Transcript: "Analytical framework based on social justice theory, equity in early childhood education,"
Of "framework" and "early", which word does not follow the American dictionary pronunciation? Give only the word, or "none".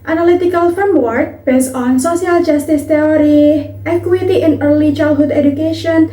framework